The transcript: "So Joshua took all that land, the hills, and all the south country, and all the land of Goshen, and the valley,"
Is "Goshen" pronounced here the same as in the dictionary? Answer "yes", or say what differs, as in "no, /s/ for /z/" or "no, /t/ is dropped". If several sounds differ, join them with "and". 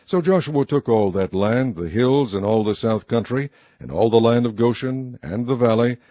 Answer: yes